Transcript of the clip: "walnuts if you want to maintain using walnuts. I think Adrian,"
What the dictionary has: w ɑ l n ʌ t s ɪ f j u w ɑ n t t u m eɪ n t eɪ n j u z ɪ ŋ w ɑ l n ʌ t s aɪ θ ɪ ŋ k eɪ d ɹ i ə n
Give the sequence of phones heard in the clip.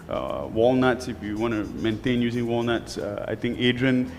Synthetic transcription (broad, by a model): w ɑ l n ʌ t s ɪ f j u w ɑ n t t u m eɪ n t eɪ n j u z ɪ ŋ w ɑ l n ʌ t s aɪ t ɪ ŋ k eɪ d ɹ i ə n